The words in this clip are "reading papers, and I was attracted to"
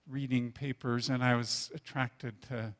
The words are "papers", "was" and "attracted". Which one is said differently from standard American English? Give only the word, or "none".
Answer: none